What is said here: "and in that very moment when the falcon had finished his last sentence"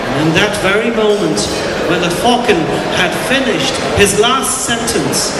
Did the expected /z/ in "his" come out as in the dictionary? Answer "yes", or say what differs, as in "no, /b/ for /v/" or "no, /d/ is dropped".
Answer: yes